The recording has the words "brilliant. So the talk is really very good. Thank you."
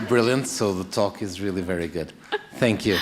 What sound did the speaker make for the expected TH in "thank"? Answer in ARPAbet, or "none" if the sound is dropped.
TH